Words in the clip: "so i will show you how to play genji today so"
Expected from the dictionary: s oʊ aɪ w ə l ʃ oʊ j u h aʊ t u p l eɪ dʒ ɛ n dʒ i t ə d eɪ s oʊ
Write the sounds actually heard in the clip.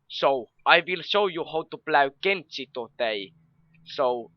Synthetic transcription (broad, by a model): s oʊ aɪ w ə l ʃ oʊ j u h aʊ t u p l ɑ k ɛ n tʃ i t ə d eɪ s oʊ